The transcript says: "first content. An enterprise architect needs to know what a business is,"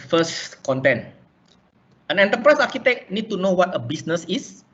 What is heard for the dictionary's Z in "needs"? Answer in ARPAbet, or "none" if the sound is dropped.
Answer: none